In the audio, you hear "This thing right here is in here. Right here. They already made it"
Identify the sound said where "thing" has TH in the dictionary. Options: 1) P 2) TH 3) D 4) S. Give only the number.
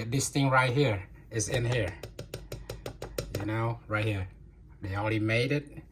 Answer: 2